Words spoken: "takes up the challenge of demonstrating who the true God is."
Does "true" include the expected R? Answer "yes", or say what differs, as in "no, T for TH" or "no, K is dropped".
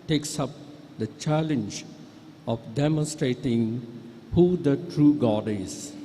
yes